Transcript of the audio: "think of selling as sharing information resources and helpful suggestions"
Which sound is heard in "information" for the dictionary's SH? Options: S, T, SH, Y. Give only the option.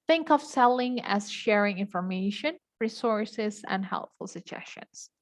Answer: SH